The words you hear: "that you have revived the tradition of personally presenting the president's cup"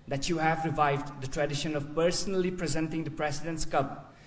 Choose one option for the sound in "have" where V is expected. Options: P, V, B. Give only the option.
V